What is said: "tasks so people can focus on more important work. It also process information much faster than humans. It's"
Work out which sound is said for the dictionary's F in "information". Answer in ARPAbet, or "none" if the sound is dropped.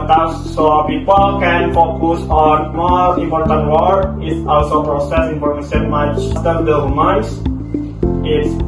P